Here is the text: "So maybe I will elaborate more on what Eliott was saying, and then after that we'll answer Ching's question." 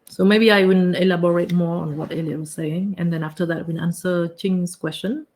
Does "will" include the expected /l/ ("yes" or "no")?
no